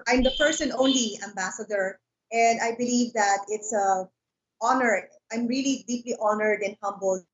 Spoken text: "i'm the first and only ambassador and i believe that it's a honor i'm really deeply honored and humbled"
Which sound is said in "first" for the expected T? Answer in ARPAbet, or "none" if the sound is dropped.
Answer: none